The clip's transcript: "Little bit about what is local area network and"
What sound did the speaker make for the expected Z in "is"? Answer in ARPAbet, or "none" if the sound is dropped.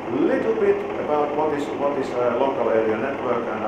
S